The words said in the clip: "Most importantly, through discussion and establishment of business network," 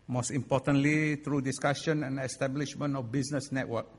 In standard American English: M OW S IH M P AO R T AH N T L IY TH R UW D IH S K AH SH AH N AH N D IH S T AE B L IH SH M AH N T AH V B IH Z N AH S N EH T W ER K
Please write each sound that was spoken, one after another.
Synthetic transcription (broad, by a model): M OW S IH M P AO T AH N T L IY T R UW D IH S K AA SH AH N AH N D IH S T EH B L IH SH M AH N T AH F B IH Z N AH S N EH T W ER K